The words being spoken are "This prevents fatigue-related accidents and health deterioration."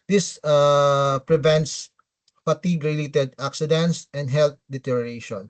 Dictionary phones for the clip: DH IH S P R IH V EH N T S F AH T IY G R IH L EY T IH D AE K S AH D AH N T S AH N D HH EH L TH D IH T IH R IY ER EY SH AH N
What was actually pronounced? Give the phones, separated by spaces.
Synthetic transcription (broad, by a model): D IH S P R IH V EH N T S P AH T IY G R IH L EY T IH D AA K S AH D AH N T S AH N D HH EH L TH D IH T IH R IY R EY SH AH N